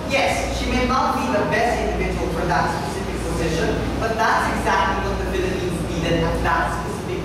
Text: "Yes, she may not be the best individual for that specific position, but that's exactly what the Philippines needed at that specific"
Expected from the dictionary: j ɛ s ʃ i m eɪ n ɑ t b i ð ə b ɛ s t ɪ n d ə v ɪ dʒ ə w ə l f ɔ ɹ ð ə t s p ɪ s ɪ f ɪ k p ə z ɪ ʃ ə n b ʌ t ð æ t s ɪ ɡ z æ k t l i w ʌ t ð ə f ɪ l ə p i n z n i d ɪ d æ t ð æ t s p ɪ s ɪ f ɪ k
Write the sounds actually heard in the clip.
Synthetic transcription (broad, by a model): j ɛ s ʃ i m eɪ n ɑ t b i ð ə b ɛ s t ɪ n d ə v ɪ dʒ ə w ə l f ɔ ɹ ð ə t s p ɪ s ɪ f ɪ k p ə z ɪ ʃ ə n b ʌ t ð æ t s ɪ ɡ z æ k t l i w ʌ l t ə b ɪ l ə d i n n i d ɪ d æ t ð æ t s p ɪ s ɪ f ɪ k